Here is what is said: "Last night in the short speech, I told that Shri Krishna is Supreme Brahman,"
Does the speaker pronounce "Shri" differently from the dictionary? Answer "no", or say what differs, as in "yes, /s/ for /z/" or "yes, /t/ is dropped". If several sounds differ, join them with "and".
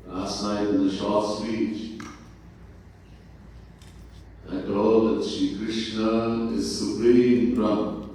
yes, /ɹ/ is dropped